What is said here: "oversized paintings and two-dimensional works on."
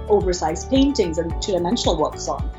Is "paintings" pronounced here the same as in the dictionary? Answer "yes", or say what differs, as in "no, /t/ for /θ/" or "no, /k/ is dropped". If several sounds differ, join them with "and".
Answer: yes